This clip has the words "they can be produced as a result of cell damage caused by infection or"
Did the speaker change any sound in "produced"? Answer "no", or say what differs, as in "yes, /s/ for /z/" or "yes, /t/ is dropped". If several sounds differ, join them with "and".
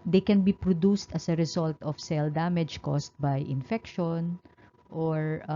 no